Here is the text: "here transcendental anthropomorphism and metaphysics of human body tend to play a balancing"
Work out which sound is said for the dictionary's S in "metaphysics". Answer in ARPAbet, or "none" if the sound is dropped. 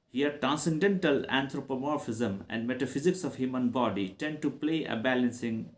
S